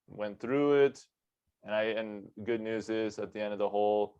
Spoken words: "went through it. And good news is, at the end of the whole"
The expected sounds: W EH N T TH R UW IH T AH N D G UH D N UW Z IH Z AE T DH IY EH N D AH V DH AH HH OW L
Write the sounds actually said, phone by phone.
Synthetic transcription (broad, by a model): W EH N TH R UW IH T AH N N G UH D N UW Z IH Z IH T DH IY EH N D AH V DH AH HH OW L